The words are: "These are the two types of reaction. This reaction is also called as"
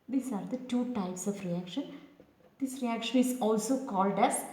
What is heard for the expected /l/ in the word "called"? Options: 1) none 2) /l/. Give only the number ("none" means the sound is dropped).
2